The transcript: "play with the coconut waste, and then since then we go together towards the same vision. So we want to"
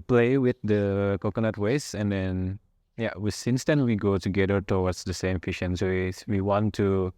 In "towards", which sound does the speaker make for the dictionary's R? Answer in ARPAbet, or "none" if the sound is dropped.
W